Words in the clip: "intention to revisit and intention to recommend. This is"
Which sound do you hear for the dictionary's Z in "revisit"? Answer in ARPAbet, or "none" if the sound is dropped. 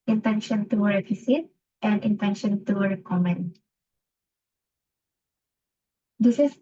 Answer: S